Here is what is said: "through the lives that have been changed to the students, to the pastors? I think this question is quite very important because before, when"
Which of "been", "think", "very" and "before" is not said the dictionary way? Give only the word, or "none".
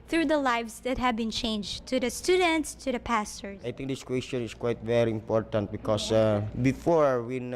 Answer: think